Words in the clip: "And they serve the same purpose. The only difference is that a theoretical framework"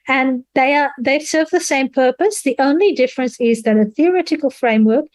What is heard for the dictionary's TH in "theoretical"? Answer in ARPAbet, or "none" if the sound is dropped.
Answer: TH